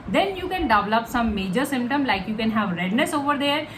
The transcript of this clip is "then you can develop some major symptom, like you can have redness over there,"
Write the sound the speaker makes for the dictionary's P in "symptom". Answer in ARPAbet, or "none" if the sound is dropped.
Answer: P